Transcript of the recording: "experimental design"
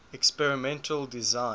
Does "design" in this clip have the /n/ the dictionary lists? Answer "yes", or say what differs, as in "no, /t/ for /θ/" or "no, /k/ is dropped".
no, /n/ is dropped